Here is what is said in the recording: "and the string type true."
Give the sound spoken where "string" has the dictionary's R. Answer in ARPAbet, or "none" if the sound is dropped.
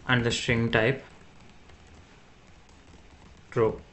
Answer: R